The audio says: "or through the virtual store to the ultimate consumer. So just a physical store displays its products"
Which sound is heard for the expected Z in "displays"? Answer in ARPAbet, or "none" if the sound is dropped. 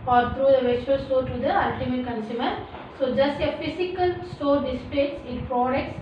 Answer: S